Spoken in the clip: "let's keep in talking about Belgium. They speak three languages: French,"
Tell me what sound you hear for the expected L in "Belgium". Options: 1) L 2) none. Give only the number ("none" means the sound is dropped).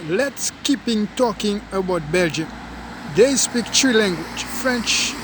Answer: 1